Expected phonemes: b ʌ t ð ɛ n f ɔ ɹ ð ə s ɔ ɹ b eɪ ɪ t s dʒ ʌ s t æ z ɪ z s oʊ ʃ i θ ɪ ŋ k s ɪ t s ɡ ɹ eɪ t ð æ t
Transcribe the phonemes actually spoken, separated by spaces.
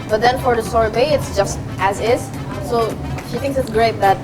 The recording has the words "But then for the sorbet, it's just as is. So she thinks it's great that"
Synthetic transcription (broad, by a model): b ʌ t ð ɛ n f ɔ ɹ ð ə s ɔ ɹ b eɪ ɪ t s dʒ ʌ s t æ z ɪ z s oʊ ʃ i θ ɪ ŋ k s ɪ t s ɡ ɹ eɪ t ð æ t